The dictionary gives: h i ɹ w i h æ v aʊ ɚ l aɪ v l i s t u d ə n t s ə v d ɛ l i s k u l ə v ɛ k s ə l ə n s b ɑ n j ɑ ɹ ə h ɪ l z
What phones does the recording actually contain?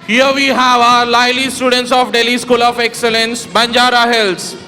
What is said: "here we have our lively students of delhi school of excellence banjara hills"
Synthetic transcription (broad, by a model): h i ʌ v i h æ v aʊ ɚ l aɪ l i s t u d ə n t s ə f d ɛ l i s k u l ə f ɛ k s ə l ə n s b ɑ n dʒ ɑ ɹ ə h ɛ l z